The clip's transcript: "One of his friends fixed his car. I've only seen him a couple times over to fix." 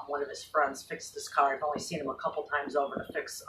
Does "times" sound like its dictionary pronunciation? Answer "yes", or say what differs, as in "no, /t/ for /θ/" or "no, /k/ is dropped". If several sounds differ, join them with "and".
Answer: yes